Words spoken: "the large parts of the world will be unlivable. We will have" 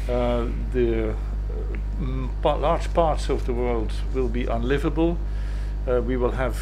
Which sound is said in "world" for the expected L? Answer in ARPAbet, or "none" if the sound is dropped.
L